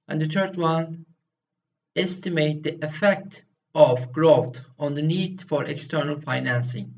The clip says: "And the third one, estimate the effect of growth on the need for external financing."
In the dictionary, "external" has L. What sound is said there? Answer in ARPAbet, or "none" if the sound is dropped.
L